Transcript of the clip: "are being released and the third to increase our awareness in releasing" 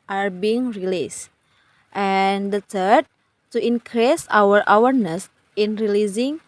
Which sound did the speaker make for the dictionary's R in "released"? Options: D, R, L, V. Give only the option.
R